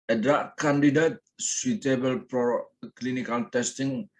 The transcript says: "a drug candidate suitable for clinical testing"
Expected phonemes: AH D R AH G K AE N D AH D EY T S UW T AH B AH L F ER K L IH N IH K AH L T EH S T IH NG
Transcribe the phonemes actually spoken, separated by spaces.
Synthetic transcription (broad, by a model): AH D R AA K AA N D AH D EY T S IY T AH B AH L P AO K L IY N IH K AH L T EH S T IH NG